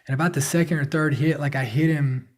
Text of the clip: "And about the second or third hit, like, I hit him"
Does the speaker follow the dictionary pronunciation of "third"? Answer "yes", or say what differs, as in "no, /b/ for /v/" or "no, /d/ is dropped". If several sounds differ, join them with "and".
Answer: yes